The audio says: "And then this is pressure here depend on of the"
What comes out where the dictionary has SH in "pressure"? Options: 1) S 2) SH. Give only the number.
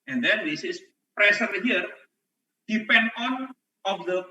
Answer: 1